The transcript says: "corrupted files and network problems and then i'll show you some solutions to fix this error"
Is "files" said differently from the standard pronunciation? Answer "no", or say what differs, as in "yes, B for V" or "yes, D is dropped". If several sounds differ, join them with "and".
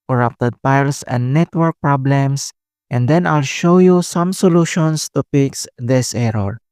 yes, P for F and S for Z